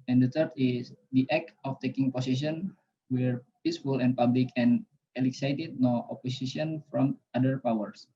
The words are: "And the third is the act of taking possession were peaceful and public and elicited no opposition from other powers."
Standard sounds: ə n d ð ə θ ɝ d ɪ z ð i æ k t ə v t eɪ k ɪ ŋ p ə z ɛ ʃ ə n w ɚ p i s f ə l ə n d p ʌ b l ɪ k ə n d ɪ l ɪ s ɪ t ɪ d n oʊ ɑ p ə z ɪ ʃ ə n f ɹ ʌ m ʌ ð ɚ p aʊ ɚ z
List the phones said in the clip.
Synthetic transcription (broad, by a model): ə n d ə t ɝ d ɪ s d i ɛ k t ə f t eɪ k ɪ ŋ p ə s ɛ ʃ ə n w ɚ p i s f ə l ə n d p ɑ b l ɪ k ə n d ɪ l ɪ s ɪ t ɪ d n oʊ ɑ p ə s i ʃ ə n f ɹ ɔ m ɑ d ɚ p aʊ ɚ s